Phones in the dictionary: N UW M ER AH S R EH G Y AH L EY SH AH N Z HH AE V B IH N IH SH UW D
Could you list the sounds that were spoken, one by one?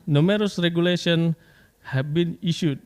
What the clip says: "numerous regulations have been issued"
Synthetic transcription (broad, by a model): N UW M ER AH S R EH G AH L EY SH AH N HH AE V B IH N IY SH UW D